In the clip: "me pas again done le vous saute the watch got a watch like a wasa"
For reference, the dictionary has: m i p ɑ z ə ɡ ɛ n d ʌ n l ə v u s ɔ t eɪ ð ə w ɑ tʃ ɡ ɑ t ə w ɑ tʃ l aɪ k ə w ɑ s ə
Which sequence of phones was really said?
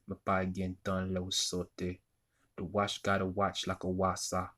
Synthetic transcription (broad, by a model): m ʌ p ɑ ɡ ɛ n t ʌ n l ə w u s ɔ t eɪ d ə w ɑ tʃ ɡ ɑ t ə w ɑ tʃ l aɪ k ə w ɑ s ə